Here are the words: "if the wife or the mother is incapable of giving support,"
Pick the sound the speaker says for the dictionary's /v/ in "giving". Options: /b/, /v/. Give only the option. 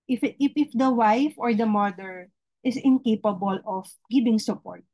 /b/